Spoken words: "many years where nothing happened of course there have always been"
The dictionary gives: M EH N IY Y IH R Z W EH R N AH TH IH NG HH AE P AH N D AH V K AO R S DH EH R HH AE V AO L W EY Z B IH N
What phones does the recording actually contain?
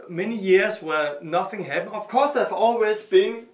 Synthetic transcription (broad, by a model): M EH N IY Y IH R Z W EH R N AH TH IH NG HH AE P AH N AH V K AO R S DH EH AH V AO L W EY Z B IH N